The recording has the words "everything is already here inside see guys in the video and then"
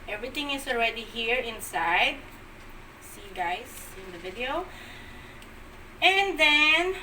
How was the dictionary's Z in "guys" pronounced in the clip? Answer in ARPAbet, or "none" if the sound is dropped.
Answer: S